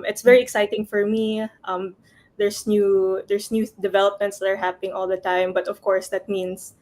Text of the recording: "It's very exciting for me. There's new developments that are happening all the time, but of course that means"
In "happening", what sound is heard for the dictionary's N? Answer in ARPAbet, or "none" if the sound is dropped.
none